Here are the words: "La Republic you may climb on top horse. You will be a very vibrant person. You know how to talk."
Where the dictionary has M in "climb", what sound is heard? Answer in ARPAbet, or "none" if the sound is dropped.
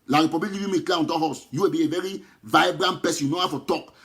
none